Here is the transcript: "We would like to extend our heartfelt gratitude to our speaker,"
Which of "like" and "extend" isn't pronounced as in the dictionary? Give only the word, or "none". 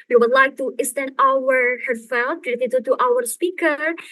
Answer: extend